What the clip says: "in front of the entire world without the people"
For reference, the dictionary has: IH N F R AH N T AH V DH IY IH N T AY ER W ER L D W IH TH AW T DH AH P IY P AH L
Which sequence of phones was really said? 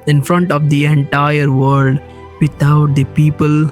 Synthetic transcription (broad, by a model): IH N F R AH N T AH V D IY IH N T AY ER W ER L D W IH T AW T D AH P IY P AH L